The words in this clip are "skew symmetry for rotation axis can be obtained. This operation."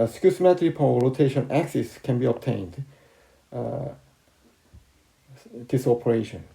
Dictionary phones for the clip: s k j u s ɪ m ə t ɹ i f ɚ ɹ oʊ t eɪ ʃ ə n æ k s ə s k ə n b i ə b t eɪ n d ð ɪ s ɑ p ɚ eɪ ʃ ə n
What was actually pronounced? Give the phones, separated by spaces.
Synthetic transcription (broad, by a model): s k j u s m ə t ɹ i p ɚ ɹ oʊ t eɪ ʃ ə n æ k s ə s k ə n b i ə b t eɪ n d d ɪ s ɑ p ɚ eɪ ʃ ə n